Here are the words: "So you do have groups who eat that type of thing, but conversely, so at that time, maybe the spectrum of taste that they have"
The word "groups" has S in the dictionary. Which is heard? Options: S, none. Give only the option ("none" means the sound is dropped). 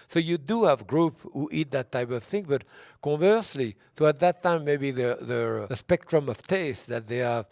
none